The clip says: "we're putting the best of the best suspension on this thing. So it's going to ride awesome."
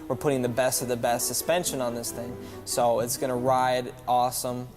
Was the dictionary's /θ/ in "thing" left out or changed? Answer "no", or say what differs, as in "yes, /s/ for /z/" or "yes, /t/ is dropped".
no